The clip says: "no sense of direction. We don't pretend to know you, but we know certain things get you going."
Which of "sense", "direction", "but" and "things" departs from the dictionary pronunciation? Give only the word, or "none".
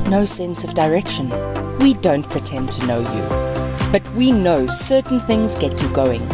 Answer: none